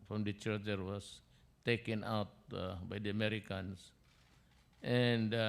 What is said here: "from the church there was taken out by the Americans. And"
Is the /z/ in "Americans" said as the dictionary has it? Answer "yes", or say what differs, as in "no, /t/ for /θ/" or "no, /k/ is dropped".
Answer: no, /s/ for /z/